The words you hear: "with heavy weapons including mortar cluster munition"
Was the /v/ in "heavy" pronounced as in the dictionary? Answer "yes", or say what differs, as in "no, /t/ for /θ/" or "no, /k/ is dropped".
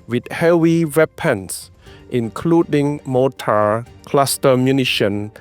no, /w/ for /v/